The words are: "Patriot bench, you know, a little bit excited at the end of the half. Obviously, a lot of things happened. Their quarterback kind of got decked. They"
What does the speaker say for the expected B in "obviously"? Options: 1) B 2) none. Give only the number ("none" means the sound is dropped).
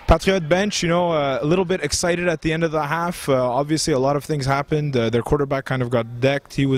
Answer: 1